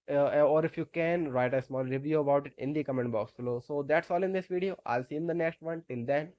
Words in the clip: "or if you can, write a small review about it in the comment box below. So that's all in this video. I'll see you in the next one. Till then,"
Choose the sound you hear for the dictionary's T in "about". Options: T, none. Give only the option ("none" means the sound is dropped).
T